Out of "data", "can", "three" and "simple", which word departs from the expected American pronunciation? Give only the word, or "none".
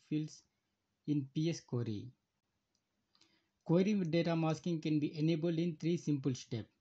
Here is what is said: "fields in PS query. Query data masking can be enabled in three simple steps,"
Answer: three